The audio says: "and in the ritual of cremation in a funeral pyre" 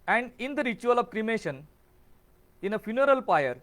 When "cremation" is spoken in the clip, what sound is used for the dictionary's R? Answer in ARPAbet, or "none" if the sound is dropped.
R